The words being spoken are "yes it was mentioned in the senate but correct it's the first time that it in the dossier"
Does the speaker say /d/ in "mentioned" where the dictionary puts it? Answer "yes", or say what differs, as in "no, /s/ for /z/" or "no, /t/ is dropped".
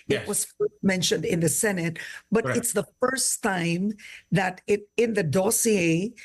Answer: yes